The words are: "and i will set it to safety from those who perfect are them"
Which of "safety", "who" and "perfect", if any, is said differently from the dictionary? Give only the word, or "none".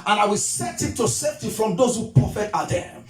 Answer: perfect